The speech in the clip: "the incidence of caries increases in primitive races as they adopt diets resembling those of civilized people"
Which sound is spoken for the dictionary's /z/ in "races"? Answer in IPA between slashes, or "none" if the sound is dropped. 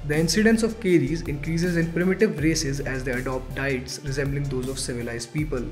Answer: /z/